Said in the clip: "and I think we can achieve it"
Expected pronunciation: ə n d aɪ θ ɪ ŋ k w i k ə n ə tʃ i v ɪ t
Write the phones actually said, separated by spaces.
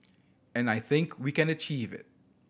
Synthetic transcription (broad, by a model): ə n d aɪ θ ɪ ŋ k w i k ə n ə tʃ i v ɪ t